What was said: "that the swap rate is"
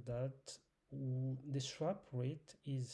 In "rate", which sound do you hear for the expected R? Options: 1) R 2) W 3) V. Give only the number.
1